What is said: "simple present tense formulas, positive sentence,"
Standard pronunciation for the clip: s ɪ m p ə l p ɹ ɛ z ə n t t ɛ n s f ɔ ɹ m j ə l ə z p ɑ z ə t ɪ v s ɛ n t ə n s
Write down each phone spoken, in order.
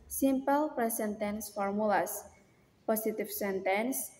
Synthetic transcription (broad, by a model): s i m p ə l p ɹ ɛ s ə n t t ɛ n s f ɔ ɹ m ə l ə s p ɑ s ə t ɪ f s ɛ n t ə n s